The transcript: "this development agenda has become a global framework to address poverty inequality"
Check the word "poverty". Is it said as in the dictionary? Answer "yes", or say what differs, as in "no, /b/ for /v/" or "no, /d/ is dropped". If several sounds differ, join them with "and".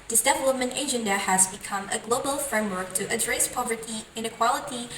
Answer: yes